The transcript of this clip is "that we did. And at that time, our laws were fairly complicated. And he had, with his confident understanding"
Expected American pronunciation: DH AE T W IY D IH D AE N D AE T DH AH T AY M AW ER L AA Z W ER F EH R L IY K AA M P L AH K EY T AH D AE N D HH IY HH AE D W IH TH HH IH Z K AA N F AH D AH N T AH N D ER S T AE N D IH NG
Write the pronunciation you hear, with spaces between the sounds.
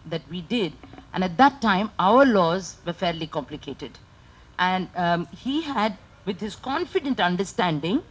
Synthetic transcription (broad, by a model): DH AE T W IY D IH D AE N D AE T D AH T AY M AW ER L AA Z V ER F EH R L IY K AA M P L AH K EY T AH D AE N D HH IY HH AE D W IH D HH IH Z K AA N F AH D AH N T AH N D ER S T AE N D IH NG